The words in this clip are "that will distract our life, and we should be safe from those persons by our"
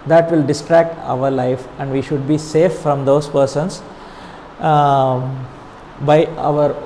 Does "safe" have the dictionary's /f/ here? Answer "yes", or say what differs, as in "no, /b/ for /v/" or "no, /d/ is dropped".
yes